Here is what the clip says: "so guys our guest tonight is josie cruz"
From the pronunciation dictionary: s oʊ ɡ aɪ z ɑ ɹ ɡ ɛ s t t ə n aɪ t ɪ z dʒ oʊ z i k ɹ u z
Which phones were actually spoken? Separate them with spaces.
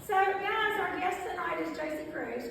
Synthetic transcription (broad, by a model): s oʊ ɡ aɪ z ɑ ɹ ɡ ɛ s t t ə n aɪ t ɪ z dʒ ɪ s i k ɹ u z